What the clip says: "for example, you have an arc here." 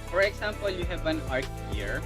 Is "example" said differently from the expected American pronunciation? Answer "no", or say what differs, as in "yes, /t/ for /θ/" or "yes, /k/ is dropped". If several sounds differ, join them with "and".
yes, /s/ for /z/